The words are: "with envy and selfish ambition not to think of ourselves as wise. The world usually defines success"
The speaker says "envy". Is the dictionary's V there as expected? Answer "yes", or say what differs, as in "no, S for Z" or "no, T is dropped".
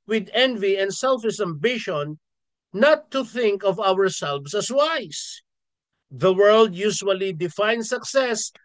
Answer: yes